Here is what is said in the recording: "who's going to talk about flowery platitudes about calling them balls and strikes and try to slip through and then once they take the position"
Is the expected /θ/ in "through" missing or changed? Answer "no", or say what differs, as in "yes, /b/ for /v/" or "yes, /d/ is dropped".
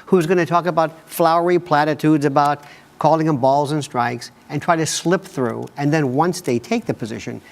no